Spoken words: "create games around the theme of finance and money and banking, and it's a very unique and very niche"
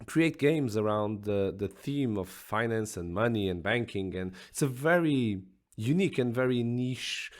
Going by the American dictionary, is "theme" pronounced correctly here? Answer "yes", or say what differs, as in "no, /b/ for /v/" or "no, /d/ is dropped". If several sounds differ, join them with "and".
yes